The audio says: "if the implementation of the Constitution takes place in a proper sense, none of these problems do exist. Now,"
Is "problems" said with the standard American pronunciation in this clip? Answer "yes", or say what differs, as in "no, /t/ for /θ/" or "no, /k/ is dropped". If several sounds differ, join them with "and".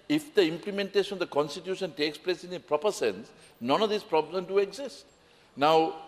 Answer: no, /z/ is dropped